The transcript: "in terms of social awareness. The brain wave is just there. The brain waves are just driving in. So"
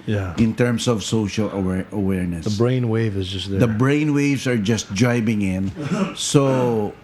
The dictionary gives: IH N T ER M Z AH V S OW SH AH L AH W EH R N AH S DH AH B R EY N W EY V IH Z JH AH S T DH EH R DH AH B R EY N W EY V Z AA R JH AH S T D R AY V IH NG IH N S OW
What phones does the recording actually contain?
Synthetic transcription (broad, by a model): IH N T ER M S AH V S OW SH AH L AH W EH R N AH S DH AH B R EY N W EY V IH Z JH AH S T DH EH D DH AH B R EY N W EY V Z AA R JH AH S T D R AY B IH NG IH N S OW